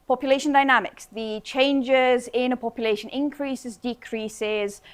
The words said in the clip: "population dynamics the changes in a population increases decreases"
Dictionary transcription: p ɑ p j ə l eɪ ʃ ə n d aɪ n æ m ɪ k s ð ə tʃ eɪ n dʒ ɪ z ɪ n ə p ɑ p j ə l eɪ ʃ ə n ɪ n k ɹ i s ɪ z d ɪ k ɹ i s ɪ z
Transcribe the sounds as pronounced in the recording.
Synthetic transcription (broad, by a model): p ɑ p j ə l eɪ ʃ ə n d aɪ n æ m ɪ k s ð ə tʃ eɪ n dʒ ɪ z ɪ n ə p ɑ p j ə l eɪ ʃ ə n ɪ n k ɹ i s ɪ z d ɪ k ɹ i s ɪ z